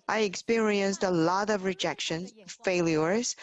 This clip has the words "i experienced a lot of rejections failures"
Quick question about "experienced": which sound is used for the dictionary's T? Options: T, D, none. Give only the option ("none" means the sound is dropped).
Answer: T